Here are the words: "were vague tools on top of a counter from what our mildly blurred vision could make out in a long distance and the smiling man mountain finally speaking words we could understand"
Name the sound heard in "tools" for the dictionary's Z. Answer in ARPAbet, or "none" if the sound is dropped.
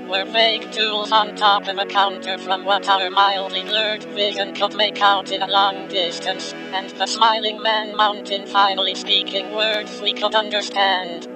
Z